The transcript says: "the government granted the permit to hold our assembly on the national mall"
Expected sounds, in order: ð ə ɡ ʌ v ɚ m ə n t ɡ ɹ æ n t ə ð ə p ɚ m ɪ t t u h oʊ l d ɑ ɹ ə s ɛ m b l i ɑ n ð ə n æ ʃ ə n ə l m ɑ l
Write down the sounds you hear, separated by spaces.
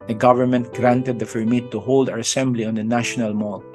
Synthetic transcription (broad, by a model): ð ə ɡ ʌ v ɚ m ə n t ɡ ɹ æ n t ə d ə f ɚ m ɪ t t u h oʊ l d ɑ ɹ ə s ɛ m b l i ɑ n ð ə n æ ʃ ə n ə l m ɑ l